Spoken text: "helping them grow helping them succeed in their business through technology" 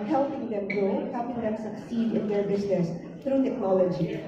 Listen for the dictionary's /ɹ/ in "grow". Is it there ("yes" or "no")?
no